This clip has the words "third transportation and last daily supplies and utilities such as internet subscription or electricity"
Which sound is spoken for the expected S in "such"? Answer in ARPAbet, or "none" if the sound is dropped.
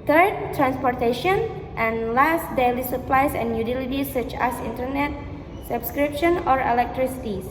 S